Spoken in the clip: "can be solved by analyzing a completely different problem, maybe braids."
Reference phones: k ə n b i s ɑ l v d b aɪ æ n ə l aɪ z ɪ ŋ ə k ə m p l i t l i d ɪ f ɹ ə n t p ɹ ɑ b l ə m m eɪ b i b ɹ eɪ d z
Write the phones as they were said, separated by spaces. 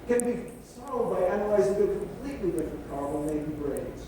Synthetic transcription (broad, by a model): k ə n b i s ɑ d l d b aɪ æ n ə l aɪ z ɪ ŋ ə k ə m p l i t l i d ɪ f ɹ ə n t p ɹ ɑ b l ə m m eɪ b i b ɹ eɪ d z